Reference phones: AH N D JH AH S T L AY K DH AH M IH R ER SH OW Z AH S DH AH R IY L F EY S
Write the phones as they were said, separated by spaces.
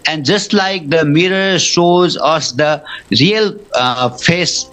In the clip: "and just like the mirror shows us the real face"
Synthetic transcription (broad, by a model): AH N D JH AH S T L AY K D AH M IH R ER SH OW Z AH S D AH R IY L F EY S